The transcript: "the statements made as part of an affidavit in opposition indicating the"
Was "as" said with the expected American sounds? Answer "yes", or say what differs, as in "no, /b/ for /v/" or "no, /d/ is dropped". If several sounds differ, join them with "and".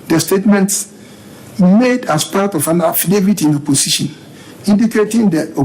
no, /s/ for /z/